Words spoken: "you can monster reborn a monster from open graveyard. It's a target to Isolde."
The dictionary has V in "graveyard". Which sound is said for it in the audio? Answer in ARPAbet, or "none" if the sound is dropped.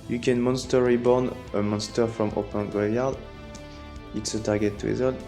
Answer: none